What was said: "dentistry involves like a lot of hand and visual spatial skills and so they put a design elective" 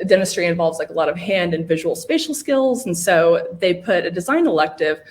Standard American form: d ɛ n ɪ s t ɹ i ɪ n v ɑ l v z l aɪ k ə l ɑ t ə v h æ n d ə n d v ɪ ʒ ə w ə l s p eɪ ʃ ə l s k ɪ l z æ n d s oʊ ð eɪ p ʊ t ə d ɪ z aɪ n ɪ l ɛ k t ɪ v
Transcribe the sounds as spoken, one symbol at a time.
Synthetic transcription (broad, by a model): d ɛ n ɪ s t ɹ i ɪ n v ɑ l v z l aɪ k ə l ɑ t ə v h æ n d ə n v ɪ ʒ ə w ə l s p eɪ ʃ l s k ɪ l z n s oʊ ð eɪ p ʊ t ə d ɪ z aɪ n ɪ l ɛ k t ɪ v